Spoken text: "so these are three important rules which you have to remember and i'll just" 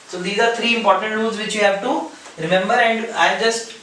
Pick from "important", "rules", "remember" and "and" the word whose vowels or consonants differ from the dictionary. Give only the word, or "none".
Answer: rules